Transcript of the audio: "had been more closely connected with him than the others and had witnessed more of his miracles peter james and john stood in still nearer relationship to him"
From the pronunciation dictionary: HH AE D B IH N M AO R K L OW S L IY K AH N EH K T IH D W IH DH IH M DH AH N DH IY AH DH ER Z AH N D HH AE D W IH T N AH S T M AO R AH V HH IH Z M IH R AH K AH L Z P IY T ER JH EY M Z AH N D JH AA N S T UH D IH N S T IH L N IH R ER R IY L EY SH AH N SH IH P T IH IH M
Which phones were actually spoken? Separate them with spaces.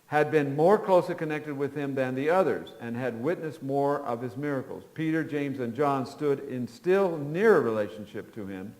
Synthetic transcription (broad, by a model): HH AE D B IH N M AO R K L OW S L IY K AH N EH K T IH D W IH DH IH M DH AH N DH IY AH DH ER Z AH N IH D W IH T N AH S T M AO R AH V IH Z M IH R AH K L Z P IY T ER JH EY M Z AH N JH AA N S T UH D IH N S T IH L N IH R ER R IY L EY SH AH N SH IH P T IH IH M